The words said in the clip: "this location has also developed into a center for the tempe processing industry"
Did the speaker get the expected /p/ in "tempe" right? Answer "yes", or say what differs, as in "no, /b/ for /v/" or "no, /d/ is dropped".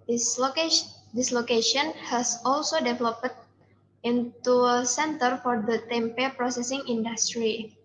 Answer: yes